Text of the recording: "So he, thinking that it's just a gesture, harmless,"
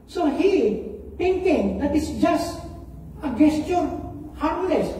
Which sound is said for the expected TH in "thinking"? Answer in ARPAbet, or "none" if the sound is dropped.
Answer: T